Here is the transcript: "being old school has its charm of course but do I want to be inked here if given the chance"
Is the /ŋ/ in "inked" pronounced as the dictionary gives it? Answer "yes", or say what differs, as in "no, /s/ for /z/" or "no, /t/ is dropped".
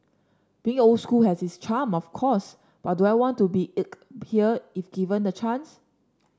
no, /ŋ/ is dropped